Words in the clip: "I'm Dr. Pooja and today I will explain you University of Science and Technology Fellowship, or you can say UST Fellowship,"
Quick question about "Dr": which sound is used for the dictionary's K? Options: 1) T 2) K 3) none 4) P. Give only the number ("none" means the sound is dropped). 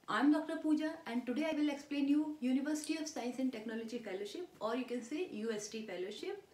2